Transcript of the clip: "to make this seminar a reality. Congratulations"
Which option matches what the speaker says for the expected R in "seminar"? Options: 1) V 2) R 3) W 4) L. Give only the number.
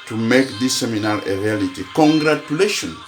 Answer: 4